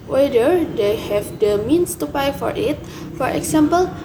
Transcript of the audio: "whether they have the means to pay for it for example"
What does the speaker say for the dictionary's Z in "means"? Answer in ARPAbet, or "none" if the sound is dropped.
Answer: S